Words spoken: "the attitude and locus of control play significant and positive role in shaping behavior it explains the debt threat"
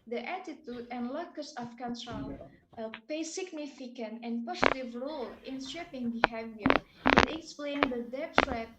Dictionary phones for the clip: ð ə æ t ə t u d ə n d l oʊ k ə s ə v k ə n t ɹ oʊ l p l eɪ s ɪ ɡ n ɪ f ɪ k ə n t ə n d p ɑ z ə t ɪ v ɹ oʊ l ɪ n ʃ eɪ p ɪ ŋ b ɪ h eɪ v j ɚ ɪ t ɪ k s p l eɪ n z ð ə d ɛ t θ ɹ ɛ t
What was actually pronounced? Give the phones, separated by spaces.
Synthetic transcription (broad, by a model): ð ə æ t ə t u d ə n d l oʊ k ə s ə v k ə n t ɹ oʊ l p eɪ s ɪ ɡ n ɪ f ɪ k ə n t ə n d p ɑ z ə t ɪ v ɹ oʊ l ɪ n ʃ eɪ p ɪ ŋ b ɪ h eɪ v j ɚ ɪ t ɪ k s p l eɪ n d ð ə d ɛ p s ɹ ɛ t